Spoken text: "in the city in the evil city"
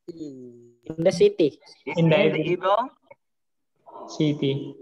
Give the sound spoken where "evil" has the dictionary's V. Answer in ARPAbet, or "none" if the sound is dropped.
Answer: none